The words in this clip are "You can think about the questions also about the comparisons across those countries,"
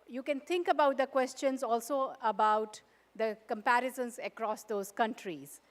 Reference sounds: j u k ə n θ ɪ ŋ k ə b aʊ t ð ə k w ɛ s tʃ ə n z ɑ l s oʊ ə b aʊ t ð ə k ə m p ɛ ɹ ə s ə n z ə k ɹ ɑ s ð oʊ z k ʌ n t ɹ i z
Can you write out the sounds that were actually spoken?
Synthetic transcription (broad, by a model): j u k ə n t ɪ ŋ k ə b aʊ t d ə k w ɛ s tʃ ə n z ɑ l s oʊ ə b aʊ t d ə k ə m p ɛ ɹ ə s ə n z ə k ɹ ɑ s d oʊ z k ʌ n t ɹ i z